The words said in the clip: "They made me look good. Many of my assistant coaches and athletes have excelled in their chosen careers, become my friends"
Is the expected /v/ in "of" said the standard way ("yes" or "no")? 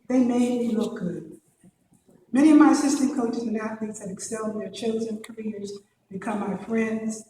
yes